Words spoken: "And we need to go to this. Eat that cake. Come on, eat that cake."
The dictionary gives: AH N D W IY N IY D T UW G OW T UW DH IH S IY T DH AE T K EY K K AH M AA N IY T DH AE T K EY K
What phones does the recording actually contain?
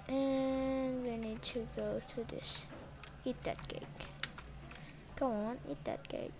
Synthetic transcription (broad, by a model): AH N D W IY N IY D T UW G OW T UW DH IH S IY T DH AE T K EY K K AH AA N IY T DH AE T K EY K